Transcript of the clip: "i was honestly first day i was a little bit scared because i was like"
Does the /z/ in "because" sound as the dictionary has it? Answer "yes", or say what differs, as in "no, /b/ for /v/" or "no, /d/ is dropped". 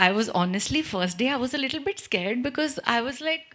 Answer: yes